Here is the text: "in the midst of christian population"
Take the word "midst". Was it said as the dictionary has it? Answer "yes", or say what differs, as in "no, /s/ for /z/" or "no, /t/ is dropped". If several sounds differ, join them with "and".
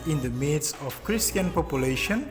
no, /t/ is dropped